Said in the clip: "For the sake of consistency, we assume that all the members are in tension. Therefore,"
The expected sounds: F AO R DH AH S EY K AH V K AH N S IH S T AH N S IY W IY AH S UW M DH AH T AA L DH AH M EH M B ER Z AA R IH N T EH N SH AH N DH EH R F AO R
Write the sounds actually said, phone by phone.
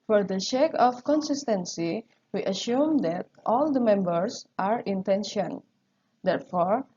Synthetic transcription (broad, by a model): F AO R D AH SH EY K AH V K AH N S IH S T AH N S IY W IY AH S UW M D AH T AA L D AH M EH M B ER S AA R IH N T EH N SH AH N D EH R F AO R